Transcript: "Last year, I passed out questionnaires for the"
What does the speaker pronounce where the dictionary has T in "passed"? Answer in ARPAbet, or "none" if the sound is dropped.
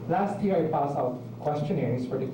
none